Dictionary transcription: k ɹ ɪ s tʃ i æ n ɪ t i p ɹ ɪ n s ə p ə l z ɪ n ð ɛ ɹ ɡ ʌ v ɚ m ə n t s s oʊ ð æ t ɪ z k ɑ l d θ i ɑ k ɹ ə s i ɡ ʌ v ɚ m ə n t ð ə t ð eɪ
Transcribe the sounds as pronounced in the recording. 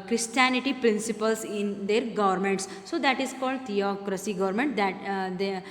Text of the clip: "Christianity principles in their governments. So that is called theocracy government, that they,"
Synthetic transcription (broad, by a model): k ɹ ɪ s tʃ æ n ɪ t i p ɹ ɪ n s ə p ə l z ɪ n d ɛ ɹ ɡ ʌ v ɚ m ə n t s s oʊ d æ t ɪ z k ɑ l d t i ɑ k ɹ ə s i ɡ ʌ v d m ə n t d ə t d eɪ